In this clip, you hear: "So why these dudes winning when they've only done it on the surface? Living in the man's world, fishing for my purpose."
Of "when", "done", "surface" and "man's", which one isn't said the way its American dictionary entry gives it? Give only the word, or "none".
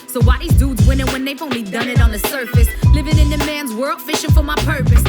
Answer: none